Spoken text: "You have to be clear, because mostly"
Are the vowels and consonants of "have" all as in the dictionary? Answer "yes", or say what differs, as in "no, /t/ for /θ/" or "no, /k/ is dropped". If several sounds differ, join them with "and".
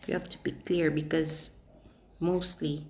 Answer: no, /f/ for /v/